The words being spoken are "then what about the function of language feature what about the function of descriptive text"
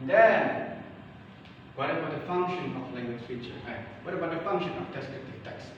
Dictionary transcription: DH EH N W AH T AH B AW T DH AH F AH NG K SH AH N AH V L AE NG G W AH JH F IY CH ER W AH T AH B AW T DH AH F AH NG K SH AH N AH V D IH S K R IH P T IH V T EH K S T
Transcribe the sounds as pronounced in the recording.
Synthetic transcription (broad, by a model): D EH N W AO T AH B AW T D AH F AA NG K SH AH N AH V L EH NG G W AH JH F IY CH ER W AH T AH B AW T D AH F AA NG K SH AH N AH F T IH S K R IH T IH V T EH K S